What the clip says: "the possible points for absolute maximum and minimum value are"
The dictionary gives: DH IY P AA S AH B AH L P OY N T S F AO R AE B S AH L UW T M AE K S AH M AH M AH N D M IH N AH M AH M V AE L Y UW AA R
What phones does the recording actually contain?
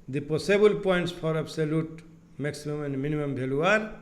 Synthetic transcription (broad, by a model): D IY P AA S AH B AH L P OY N T S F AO R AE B S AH L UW T M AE K S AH M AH M AH N D M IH N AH M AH M B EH L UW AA R